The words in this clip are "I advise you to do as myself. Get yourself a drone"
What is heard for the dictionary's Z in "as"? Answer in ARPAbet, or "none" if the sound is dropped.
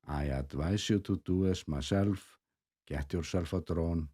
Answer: S